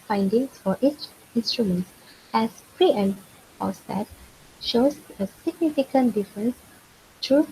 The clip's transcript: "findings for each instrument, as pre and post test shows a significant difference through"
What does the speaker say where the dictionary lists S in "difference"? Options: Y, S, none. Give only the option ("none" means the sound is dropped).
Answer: S